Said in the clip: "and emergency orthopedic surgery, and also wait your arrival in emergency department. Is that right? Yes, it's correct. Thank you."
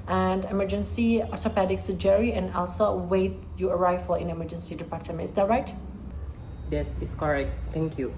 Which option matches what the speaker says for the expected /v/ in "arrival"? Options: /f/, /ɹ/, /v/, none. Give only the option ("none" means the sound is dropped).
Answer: /f/